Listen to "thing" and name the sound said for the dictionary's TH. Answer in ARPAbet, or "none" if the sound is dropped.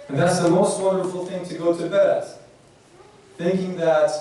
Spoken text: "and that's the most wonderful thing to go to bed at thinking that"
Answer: TH